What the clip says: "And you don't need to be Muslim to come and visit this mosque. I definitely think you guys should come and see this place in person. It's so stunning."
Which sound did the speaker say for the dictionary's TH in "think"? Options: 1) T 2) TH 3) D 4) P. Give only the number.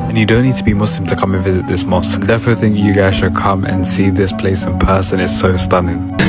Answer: 2